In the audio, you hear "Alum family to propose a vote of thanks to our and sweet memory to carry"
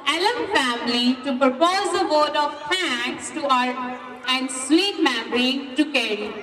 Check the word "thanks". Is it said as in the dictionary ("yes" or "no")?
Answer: no